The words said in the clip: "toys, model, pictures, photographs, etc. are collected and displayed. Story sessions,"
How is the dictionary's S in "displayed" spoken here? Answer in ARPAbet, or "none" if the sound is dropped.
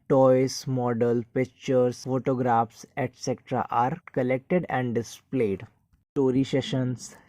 S